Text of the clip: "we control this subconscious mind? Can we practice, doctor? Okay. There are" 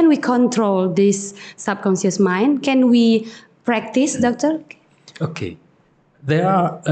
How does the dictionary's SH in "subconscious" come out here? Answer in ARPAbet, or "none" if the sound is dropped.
S